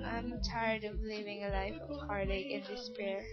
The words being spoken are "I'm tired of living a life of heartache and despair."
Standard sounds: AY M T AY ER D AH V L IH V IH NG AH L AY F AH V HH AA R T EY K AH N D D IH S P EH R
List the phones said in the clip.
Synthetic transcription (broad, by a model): AY M T AY ER D AH V L IH V IH NG AH L AY F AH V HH AA R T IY AH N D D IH S P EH R